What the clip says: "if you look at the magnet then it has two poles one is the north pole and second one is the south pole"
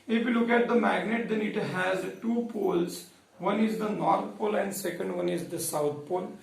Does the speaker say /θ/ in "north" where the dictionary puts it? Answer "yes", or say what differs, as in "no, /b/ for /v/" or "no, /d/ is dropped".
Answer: no, /t/ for /θ/